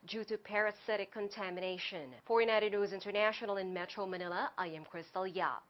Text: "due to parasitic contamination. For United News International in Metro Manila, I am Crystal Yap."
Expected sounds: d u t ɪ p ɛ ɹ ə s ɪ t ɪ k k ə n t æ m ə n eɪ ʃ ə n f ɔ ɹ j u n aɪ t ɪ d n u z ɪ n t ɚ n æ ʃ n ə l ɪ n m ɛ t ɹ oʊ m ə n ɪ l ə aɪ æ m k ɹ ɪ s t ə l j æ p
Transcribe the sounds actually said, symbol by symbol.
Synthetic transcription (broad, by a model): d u t ɪ p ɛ ɹ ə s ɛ t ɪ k k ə n t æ m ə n eɪ ʃ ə n f ɔ ɹ j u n aɪ t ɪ d n u z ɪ n t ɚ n æ ʃ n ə l ɪ n m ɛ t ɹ oʊ m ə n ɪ l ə aɪ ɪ m k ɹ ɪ s t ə l j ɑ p